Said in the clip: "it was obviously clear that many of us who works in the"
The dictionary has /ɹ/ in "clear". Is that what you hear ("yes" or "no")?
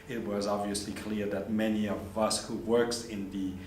yes